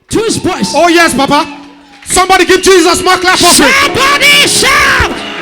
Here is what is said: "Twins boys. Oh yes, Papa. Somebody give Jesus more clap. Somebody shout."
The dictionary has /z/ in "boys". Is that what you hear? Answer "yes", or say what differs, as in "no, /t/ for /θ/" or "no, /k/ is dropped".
no, /s/ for /z/